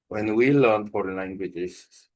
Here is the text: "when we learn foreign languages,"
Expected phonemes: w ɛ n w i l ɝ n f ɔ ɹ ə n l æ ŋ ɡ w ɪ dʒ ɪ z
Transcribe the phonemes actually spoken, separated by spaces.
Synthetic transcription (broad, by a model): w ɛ n w i l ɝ n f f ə l l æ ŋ ɡ w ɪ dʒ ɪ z